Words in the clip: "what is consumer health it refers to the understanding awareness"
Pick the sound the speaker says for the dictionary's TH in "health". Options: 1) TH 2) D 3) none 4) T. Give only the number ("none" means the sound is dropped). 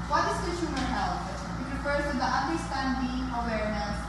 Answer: 4